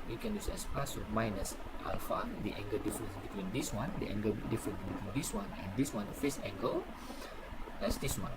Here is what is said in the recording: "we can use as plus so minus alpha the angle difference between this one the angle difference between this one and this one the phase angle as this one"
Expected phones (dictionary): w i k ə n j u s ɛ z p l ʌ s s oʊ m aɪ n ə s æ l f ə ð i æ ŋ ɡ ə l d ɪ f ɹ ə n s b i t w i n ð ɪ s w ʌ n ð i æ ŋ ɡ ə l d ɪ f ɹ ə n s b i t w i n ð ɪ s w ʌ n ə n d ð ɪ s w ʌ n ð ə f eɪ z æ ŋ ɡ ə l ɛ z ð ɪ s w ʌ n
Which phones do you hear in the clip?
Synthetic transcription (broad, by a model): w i k ə n j u s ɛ s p ɑ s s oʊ m aɪ n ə s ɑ l f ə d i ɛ ŋ ɡ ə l d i f ɹ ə n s b i t w i n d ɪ s w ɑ n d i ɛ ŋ ɡ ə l d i f ɹ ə n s b i t w i n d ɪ s w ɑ n ə n d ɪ s w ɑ n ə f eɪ s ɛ ŋ ɡ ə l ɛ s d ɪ s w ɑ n